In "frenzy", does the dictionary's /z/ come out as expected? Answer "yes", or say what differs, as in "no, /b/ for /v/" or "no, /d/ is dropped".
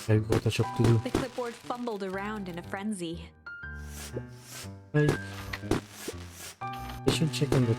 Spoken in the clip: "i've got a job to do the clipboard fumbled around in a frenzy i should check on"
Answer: yes